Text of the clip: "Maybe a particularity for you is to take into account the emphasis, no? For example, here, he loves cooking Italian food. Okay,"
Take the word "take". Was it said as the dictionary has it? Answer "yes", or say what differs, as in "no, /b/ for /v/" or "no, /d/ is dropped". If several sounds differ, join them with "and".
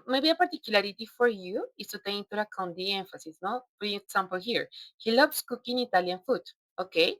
no, /k/ is dropped